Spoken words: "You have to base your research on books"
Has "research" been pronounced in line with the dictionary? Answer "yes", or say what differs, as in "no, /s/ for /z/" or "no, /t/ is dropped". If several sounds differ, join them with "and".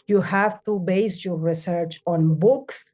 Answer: yes